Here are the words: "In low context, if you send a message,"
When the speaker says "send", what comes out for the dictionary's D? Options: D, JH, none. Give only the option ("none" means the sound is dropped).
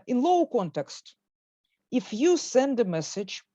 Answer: D